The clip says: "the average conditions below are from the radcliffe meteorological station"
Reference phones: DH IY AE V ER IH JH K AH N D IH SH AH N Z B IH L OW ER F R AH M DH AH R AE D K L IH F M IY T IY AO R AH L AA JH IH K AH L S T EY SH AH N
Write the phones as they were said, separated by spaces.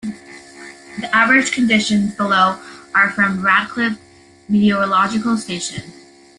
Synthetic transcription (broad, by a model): DH IY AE V ER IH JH K AH N D IH SH AH N Z B IH L OW ER F R AH M R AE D K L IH P M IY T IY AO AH L AA JH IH K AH L S T EY SH AH N